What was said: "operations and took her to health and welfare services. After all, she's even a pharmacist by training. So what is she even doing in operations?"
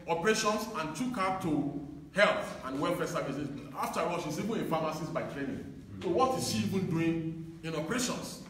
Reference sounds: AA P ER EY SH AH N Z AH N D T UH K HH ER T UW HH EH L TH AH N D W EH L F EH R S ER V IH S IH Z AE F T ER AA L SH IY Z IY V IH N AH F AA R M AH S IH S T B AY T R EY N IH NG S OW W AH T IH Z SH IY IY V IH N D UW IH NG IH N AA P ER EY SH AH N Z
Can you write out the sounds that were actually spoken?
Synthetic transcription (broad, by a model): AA P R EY SH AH N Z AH N T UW K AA T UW HH EH L TH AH N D W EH L F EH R S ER V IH S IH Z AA F T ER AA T SH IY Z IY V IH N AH F AA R M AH S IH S B AY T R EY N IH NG S OW W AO T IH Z SH IY IY V IH N D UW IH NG IH N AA P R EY SH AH N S